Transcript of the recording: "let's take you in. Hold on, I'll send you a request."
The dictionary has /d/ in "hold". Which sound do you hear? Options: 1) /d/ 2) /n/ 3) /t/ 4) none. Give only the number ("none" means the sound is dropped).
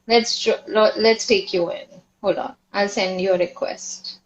4